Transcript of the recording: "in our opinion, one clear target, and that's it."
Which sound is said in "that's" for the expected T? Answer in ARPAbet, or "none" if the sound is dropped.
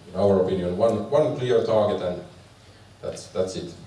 T